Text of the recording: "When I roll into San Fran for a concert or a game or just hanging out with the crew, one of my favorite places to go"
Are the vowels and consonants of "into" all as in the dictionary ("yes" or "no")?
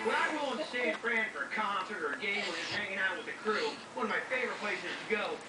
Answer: no